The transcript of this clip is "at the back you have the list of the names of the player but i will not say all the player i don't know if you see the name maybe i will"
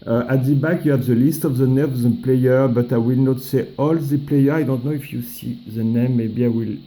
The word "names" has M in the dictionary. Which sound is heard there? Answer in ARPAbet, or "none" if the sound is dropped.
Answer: none